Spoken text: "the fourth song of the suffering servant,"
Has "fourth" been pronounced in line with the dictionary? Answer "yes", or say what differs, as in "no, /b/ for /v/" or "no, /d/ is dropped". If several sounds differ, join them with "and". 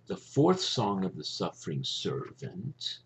yes